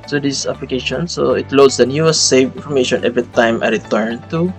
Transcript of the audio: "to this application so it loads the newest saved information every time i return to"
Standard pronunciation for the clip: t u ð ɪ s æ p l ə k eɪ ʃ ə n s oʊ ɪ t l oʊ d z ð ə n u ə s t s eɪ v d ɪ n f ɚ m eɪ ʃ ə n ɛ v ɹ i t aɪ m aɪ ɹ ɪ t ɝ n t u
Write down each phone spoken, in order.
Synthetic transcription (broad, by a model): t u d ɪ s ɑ p l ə k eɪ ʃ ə n s oʊ ɪ t l oʊ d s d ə n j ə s s eɪ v ɪ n f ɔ m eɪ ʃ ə n ɛ v ɹ i t aɪ m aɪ ɹ ɪ t ɝ n t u